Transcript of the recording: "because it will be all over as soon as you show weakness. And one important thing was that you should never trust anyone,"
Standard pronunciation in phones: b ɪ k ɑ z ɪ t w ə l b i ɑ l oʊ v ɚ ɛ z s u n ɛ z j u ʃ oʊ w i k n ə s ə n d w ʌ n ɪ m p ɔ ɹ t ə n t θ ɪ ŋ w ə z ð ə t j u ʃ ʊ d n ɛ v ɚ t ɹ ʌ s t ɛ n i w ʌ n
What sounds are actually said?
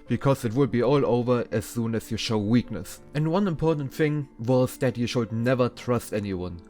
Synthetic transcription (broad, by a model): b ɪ k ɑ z ɪ t w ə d b i ɑ l oʊ v ɚ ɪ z s u n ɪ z j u ʃ oʊ w i k n ə s ə n d w ʌ n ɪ m p ɔ ɹ t n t θ ɪ ŋ w ə z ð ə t j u ʃ ʊ d n ɛ v ɚ t ɹ ʌ s t ɛ n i w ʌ n